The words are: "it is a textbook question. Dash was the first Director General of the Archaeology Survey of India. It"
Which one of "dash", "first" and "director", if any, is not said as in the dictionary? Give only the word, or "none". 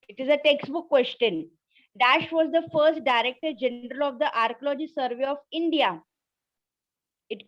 none